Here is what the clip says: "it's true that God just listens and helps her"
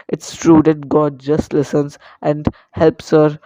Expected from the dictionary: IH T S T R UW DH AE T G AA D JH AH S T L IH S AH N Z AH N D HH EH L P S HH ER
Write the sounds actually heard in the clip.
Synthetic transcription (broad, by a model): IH T S T R UW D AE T G AA D JH AH S T L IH S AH N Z AH N D HH EH L P S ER